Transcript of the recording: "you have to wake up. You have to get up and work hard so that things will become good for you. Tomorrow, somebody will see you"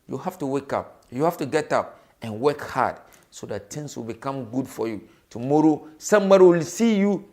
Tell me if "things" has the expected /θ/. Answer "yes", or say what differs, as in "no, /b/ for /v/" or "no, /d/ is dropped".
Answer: no, /t/ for /θ/